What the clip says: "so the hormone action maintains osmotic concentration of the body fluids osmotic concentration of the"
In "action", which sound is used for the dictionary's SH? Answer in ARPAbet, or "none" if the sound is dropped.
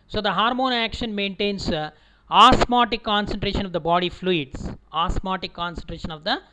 SH